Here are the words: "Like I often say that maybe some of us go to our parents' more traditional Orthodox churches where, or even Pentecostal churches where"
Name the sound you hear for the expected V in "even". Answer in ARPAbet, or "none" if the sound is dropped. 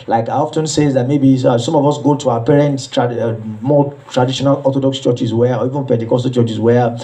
V